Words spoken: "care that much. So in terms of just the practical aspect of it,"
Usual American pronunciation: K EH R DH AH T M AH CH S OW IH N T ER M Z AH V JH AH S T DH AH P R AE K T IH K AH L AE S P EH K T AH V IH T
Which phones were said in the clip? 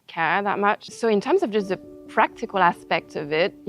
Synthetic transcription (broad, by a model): K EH DH AH T M AH CH S OW IH N T ER M Z AH V JH AH S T DH AH P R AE K T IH K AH L AE S P EH K T AH V IH T